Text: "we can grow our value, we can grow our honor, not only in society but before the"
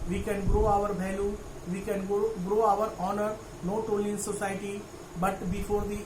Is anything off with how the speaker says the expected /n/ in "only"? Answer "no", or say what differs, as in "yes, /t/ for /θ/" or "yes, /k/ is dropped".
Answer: yes, /n/ is dropped